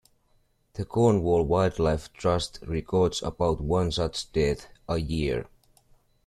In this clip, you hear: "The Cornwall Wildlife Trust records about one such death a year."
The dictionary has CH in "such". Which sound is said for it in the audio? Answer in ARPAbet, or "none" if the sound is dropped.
S